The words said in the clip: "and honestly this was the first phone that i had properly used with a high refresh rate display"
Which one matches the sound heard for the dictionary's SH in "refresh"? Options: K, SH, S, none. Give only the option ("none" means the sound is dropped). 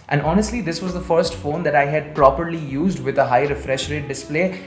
SH